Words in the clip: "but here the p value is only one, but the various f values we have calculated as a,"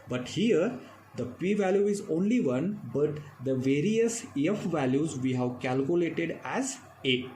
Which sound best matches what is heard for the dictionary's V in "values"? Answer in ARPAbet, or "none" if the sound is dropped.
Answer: V